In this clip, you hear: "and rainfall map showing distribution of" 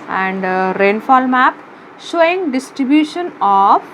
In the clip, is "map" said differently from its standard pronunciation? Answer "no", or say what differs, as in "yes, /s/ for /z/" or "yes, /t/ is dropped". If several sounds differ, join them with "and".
no